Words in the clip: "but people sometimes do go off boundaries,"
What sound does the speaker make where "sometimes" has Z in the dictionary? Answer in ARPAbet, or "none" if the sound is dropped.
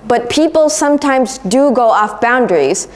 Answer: Z